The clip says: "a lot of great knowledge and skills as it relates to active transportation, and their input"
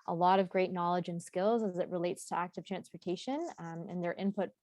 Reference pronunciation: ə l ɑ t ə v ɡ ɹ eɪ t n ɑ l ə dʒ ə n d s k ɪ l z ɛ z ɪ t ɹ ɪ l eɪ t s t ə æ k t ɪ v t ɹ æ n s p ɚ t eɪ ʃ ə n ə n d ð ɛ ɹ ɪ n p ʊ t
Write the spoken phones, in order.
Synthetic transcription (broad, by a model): ə l ɑ t ə v ɡ ɹ eɪ t n ɑ l ə dʒ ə n s k ɪ l z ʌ z ɪ t ɹ ɪ l eɪ t s t ə æ k t ɪ v t ɹ æ n s p ɚ t eɪ ʃ ə n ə n ð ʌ ɹ ɪ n p ʊ t